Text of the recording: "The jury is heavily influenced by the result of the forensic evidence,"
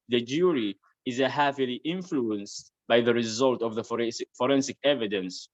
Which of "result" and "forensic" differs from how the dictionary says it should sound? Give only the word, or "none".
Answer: none